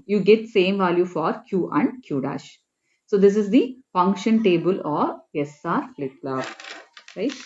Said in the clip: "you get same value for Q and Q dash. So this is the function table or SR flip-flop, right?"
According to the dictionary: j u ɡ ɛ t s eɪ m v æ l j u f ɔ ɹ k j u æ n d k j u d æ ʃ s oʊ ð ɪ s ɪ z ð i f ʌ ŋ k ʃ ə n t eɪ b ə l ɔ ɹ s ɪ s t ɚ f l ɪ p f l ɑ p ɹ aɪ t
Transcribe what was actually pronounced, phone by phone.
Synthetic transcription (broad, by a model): j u ɡ ɛ t s eɪ m v æ l j u f ɔ ɹ k j u æ n d k j u d æ ʃ s oʊ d ɪ s ɪ z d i f ʌ ŋ k ʃ ə n t eɪ b ə l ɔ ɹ s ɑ t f l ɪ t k l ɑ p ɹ aɪ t